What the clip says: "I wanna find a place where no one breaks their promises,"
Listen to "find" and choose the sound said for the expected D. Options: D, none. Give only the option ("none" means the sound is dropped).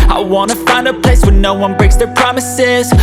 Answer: D